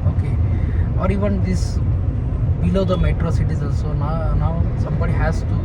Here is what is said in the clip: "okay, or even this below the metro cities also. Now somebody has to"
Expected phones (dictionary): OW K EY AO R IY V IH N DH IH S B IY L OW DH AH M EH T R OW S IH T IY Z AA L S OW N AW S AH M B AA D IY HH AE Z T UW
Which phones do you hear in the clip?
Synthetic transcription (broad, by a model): OW K EY AO R IY V IH N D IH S B IY L OW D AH M EH T R OW S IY T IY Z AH N S OW N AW S AH M B AA D IY HH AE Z T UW